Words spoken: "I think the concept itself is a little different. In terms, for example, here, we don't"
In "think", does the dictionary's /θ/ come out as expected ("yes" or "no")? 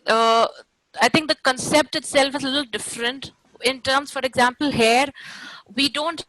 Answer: no